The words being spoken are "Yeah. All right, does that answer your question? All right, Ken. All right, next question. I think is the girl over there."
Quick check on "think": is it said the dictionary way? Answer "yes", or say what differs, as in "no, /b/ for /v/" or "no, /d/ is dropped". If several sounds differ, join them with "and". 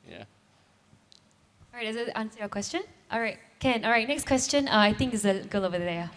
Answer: yes